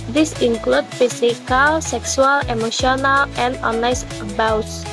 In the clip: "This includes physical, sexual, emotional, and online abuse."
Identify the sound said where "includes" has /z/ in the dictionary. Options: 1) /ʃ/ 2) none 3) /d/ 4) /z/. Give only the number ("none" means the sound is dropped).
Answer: 2